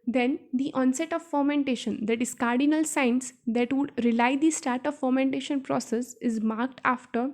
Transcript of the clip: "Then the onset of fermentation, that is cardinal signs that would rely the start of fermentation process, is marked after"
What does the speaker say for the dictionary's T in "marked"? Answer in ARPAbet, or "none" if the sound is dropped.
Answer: T